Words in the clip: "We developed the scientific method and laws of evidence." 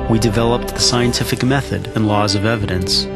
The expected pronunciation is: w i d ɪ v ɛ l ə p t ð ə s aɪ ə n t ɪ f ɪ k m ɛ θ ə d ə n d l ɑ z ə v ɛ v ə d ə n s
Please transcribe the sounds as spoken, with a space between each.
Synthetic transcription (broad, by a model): w i d ɪ v ɛ l ə p t ð ə s aɪ ə n t ɪ f ɪ k m ɛ θ ə d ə n l ɑ z ə v ɛ v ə d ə n s